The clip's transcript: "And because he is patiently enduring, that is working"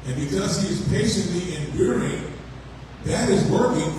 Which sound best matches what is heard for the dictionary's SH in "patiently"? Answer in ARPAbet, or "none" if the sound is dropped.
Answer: SH